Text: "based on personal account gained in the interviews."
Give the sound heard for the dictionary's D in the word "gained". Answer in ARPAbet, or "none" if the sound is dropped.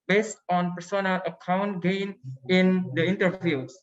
none